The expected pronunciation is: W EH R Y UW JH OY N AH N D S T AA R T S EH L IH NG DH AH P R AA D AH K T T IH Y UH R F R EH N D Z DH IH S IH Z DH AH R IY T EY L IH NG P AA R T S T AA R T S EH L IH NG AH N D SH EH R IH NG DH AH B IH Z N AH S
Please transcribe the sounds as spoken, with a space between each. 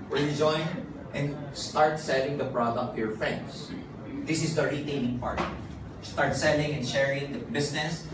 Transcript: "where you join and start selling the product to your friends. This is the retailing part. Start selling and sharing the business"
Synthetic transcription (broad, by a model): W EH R Y UW JH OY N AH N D S T AA R T S EH L IH NG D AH P R AA D AH K T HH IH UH R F R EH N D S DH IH S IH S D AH R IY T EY N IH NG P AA R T S T AA R T S EH L IH NG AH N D SH EH R IH NG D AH B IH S N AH S